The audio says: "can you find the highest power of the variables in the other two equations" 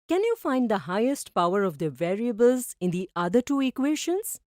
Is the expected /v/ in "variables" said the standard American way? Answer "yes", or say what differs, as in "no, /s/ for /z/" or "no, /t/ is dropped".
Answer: yes